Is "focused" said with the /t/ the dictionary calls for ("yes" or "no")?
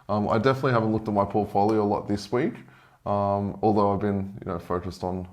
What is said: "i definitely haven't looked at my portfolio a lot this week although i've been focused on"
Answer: yes